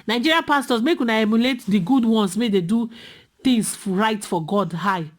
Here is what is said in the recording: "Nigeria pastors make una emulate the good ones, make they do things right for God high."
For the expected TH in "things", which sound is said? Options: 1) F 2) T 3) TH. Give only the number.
2